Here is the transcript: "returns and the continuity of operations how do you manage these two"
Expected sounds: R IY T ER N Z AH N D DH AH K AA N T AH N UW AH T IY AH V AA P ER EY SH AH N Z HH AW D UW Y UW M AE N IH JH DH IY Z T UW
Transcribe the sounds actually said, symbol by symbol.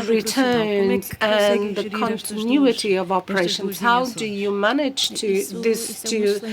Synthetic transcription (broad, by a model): R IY T ER N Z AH N DH AH K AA N T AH N UW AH T IY AH V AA P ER EY SH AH N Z HH AW D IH Y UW M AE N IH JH DH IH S T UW